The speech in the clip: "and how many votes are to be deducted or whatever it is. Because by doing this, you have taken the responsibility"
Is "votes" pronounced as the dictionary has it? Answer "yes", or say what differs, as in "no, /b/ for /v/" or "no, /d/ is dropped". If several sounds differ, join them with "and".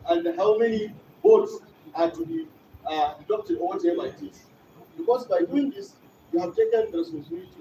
no, /b/ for /v/